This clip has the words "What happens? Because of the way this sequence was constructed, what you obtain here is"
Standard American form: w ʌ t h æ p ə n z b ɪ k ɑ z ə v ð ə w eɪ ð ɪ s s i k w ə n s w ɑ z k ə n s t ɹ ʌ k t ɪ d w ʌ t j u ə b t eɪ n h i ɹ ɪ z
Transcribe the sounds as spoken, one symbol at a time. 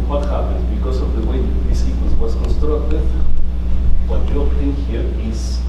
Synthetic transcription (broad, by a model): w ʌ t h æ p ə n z b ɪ k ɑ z ə v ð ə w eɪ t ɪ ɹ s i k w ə s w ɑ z k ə n s t ɹ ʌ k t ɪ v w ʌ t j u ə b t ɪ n h i ɹ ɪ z